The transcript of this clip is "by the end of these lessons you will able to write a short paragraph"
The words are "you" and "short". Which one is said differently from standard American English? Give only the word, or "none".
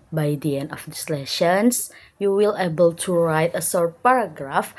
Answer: short